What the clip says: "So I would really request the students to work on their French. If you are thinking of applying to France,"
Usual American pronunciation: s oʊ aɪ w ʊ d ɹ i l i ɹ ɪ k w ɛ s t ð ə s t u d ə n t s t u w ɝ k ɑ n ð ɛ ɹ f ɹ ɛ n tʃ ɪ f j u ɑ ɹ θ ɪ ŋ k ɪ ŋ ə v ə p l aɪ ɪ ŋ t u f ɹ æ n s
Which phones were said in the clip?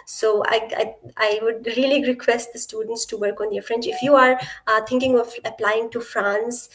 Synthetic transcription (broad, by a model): s oʊ aɪ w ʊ d ɹ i l i ɹ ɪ k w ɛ s t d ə s t u d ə n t s t u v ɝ k ɑ n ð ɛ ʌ f ɹ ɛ n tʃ ɪ f j u ɑ ɹ t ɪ ŋ k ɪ ŋ ə v ə p l aɪ ɪ ŋ t u f ɹ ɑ n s